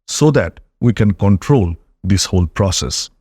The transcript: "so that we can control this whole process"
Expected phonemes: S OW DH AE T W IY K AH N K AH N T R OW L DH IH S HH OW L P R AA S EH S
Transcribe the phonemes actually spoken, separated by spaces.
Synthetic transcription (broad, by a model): S OW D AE T W IY K AH N K AH N T R OW L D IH S HH OW L P R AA S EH S